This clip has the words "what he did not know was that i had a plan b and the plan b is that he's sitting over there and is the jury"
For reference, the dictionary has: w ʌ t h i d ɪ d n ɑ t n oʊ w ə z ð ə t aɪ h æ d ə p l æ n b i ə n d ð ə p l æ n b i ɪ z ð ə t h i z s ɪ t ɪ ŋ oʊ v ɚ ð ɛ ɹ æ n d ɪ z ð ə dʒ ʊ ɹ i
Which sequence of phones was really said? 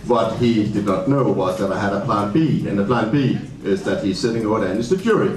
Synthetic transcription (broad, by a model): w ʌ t h i d ɪ d n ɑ t n oʊ w ə z ð ə t aɪ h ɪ d ə p l æ n b i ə n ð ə p l æ n b i ɪ z ð ə t h i z s ɪ t ɪ ŋ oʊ ɚ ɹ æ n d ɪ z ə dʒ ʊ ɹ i